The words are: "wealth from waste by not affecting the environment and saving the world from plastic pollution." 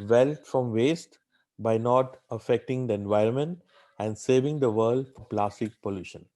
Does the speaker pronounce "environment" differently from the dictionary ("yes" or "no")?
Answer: no